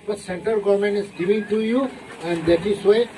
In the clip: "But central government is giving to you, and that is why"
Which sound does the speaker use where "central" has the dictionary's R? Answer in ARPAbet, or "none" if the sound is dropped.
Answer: none